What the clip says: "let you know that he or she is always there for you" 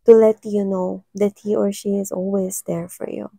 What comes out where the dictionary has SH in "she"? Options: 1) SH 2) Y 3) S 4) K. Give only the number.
1